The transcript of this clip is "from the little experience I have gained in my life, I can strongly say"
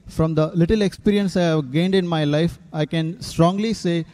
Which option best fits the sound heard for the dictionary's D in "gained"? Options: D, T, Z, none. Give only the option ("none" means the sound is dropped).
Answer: D